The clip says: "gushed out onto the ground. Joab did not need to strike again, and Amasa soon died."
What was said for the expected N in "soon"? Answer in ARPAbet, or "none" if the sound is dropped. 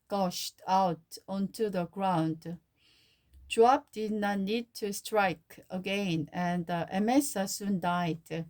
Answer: N